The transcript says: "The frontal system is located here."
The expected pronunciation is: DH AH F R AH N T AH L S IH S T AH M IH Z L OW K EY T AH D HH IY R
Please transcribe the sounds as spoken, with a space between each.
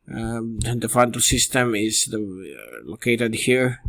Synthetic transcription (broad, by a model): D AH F AH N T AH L S IH S T AH M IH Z L OW K EY T AH D HH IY R